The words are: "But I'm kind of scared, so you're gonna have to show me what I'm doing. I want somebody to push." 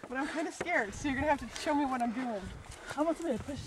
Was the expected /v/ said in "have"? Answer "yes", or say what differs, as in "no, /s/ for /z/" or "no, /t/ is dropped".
no, /f/ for /v/